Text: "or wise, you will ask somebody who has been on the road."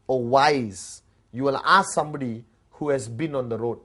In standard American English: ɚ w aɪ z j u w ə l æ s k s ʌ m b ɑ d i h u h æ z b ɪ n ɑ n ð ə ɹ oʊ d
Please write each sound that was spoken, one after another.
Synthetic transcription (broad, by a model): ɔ w aɪ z j u w ə l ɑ s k s ʌ m b ɑ d i h u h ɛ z b ɪ n ɑ n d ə ɹ oʊ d